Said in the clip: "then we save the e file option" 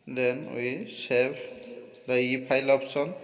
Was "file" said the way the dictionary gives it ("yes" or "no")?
no